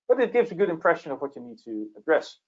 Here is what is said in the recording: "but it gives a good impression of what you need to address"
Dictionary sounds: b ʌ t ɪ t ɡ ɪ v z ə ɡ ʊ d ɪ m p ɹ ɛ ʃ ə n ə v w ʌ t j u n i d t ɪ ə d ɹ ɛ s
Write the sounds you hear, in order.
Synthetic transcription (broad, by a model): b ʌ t ɪ t ɡ ɪ v z ə ɡ ʊ d ɪ m p ɹ ɛ ʃ ə n ə v w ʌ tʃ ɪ n i d t ɪ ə d ɹ ɛ s